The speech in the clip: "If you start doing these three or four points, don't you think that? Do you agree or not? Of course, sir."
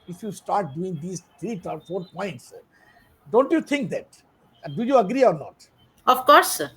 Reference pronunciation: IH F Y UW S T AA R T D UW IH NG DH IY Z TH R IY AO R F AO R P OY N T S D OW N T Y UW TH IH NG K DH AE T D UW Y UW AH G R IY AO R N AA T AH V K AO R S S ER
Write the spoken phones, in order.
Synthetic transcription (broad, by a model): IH F Y UW S T AA R T D UW IH NG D IY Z T R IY AO R F AO R P OY N T S D OW N T Y UW T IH NG K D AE T D UW Y UW AH G R IY AO R N AA T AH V K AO R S S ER